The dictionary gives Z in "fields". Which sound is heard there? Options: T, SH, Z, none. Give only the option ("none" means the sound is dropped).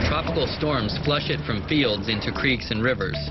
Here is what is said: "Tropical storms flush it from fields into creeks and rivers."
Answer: Z